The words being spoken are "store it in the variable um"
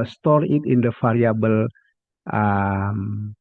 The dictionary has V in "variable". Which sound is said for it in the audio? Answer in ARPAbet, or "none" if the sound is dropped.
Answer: F